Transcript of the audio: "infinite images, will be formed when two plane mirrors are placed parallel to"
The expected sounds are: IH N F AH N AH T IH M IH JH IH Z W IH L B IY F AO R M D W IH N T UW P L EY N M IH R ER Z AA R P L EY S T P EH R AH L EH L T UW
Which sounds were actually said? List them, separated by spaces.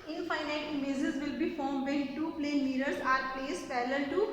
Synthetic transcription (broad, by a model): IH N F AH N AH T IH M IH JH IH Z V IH L B IY F AO R M D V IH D T UW P L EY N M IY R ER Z AA R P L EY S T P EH L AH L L T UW